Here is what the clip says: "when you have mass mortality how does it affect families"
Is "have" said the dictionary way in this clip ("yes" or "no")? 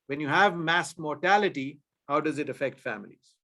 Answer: yes